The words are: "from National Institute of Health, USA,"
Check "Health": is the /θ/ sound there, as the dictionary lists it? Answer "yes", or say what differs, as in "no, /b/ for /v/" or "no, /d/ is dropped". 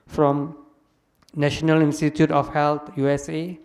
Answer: no, /t/ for /θ/